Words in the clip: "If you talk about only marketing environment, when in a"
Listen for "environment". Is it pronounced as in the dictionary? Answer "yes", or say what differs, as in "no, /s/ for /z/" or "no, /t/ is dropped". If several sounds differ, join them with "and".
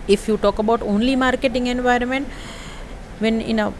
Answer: yes